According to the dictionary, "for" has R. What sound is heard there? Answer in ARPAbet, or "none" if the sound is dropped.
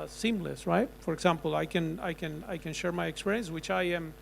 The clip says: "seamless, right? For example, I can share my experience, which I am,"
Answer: R